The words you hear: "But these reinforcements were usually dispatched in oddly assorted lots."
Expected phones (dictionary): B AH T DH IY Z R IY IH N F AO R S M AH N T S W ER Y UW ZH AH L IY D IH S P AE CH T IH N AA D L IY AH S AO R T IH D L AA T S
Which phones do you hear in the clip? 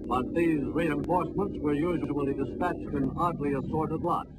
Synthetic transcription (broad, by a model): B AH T DH IY Z R IY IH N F AO R S M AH N T S W ER Y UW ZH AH L IY D IH S P AE CH T IH N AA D L IY AH S AO R T IH D L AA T